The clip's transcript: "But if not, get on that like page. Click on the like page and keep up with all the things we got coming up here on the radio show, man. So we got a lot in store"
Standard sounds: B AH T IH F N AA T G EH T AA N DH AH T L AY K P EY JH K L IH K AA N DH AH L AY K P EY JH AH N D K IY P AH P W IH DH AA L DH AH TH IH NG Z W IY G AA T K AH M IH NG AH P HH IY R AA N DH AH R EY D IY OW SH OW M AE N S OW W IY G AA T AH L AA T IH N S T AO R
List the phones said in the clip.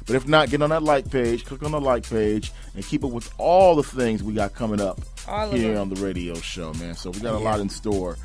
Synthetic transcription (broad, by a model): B AH T IH F N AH T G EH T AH N DH AH T L AY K P EY JH K L IH K N DH AH L AY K P EY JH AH N K IY P AH P W IH DH AA L DH AH TH IH NG Z W IY G AA T K AH M IH NG AH P HH IY R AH N DH AH R EY D IY OW SH OW M AE N S OW W IY G AA T AH L AA T IH N S T AO R